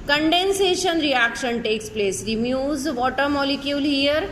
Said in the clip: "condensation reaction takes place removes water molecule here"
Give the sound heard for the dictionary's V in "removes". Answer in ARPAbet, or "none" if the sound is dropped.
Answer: none